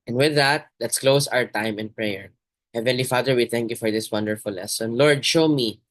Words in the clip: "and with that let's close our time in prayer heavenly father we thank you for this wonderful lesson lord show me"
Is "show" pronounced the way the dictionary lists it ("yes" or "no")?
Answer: yes